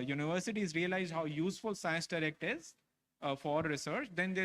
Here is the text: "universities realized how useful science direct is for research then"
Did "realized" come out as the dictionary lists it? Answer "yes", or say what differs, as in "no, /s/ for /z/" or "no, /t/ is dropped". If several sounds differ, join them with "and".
yes